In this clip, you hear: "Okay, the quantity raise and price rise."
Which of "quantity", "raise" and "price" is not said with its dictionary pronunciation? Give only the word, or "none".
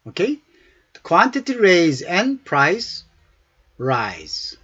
none